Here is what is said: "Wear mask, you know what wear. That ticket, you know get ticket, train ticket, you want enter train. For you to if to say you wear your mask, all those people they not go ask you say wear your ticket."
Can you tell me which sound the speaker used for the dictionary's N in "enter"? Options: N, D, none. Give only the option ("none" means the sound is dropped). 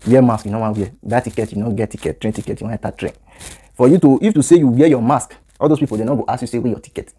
none